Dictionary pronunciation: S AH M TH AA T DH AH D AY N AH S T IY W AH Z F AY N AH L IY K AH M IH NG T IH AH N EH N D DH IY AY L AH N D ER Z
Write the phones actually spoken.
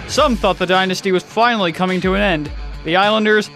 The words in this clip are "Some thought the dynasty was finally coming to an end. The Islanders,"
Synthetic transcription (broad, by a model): S AH M TH AA T DH AH D AY N AH S T IY W AH Z F AY N L IY K AH M IH NG T IH AH N EH N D DH IY AY L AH N D ER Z